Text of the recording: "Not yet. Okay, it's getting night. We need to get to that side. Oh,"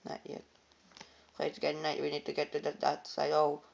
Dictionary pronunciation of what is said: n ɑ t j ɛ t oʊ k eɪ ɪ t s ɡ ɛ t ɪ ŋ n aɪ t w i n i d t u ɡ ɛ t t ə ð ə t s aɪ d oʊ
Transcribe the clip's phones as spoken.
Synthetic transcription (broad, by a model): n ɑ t j ɛ t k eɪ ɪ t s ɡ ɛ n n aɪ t w i n i d t u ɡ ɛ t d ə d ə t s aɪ oʊ